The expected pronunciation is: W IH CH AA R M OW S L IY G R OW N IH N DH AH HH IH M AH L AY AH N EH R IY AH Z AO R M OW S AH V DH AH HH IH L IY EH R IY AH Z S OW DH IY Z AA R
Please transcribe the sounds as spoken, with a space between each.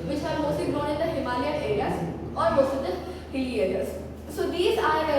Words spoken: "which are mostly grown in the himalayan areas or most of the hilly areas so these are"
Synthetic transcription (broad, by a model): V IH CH AA R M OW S IY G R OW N IH N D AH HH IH M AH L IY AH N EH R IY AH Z AO R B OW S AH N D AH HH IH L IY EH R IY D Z S OW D IY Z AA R